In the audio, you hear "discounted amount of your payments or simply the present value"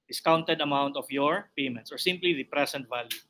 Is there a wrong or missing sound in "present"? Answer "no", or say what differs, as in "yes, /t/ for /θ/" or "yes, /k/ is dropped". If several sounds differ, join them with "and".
yes, /s/ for /z/